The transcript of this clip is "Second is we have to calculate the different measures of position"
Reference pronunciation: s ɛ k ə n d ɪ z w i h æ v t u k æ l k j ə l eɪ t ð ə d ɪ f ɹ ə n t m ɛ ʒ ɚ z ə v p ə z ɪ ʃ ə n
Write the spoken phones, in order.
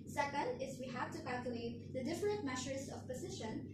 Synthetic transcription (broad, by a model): s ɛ k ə n d ɪ z w i h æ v t u k æ l k j ə l eɪ t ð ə d ɪ f ɹ ə n t m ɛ ʃ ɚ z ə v p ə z ɪ ʃ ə n